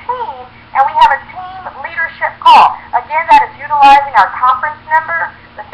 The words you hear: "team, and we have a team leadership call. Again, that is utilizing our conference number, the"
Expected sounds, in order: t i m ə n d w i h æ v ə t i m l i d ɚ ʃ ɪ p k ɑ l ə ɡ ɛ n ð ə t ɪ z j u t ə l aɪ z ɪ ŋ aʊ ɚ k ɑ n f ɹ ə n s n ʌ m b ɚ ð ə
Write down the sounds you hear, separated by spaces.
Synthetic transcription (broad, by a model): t i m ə n w i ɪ v ə t i m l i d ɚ ʃ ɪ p k ɑ l ə ɡ ɛ n ð ə t ɪ z j u t ə l aɪ z ɪ ŋ aʊ ɚ k ɑ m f ɹ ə n s n ʌ m b ɚ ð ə